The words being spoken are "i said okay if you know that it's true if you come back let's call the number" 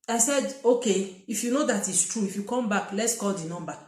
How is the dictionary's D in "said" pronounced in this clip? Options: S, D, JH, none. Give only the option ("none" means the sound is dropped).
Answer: D